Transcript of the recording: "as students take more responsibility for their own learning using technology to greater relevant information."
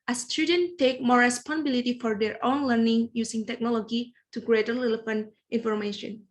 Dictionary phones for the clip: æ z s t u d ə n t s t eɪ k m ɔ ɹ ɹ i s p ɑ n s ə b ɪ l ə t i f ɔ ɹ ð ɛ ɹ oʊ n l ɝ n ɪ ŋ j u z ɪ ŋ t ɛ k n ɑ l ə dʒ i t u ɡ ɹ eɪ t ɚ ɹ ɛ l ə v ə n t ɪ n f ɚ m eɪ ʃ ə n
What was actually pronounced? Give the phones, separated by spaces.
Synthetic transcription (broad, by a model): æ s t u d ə n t t eɪ k m ɔ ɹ ɹ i s p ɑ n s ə b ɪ l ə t i f ɔ ɹ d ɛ ɹ oʊ n l ɝ n ɪ ŋ j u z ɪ ŋ t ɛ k n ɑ l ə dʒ i t u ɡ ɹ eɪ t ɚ l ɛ l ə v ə n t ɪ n f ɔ m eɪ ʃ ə n